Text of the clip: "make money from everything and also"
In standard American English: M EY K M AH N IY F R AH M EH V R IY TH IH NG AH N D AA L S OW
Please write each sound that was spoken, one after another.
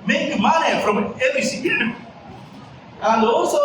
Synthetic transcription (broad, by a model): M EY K M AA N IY F R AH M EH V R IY S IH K AH N D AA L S OW